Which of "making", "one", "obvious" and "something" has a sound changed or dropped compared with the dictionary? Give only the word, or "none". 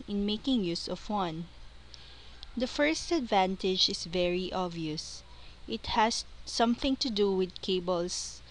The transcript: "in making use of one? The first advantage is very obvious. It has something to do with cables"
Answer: obvious